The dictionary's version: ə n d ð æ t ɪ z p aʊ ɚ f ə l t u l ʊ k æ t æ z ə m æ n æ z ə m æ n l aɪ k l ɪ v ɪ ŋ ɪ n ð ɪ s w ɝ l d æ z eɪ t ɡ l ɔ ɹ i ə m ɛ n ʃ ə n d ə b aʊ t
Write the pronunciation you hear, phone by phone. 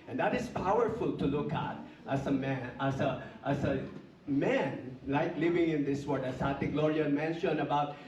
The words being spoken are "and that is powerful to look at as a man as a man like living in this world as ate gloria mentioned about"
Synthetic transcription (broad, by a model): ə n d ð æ t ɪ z p aʊ ɚ f ə l t u l ʊ k æ t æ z ə m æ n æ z ə m æ n l aɪ k l ɪ v ɪ ŋ ɪ n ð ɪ s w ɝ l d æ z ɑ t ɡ l ɔ ɹ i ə m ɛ n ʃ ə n ə b aʊ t